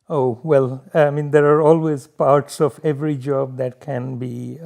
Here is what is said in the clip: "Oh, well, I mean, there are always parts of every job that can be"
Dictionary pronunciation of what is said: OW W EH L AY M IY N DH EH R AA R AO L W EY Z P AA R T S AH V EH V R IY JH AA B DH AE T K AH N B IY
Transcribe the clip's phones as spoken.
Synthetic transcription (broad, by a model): OW W EH L AY M IY N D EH R AA R AO L W EY Z P AA R T S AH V EH V R IY JH AA B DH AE T K AH N B IY